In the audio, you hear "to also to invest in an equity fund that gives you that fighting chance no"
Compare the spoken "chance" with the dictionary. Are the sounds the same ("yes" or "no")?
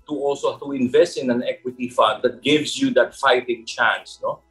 yes